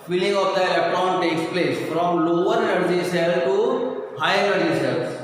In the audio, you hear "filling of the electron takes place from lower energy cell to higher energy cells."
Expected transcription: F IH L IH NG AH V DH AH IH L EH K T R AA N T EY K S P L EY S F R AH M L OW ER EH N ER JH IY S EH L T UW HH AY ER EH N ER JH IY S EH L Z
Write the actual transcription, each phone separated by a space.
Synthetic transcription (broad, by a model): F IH L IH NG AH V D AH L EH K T AA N T EY K S P L EY S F R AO M L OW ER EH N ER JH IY S EH L T UW HH AY ER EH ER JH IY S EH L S